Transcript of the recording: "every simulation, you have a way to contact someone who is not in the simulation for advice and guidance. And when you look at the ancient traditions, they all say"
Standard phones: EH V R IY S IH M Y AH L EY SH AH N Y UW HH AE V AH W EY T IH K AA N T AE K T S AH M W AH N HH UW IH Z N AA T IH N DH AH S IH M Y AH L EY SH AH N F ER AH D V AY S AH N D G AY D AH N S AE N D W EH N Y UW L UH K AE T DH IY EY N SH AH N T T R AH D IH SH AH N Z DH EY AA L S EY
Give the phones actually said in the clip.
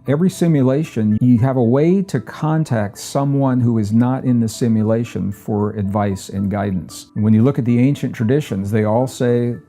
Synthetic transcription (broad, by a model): EH V R IY S IH M Y AH L EY SH AH N Y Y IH V AH W EY T IH K AA N T AE K T S AH M W AH N HH UW IH Z N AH T IH N DH AH S IH M Y AH L EY SH AH N F ER AH D V AY S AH N G AY D N S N W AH N Y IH L UH K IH T DH IY EY N SH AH N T T R AH D IH SH AH N Z DH EY AA L S EY